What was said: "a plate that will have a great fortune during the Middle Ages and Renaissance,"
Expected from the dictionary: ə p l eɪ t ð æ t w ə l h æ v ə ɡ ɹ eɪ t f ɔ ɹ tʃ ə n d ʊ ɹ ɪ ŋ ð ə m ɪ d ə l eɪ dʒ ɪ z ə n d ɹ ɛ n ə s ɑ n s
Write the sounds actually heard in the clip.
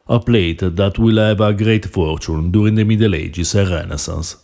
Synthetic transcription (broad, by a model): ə p l eɪ t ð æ t w ə l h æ v ə ɡ ɹ eɪ t f ɔ ɹ tʃ ə n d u ɹ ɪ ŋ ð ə m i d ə l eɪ dʒ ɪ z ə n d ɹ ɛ n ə s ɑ n s